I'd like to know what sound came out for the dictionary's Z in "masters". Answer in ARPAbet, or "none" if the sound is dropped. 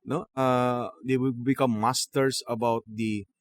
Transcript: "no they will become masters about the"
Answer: S